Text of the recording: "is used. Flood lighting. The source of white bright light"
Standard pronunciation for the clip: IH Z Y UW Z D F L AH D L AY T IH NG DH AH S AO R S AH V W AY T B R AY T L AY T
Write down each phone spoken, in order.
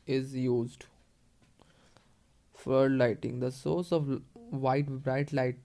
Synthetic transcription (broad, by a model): IH Z Y UW Z D F AH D L AY T IH NG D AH S AO R S AH V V AY T B R AY T L AY T